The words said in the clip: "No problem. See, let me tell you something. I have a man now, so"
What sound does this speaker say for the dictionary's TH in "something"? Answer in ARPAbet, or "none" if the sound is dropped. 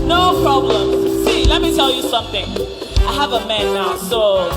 TH